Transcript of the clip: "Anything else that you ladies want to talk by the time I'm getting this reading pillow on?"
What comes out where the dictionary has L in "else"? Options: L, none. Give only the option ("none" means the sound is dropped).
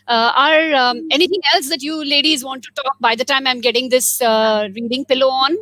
L